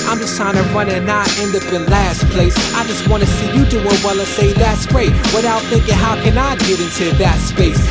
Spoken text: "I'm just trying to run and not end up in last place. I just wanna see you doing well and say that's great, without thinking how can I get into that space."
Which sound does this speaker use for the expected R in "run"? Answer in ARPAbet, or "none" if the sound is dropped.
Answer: R